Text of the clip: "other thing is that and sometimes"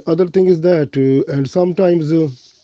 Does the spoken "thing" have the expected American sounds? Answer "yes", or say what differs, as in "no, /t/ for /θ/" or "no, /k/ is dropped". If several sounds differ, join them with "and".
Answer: no, /t/ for /θ/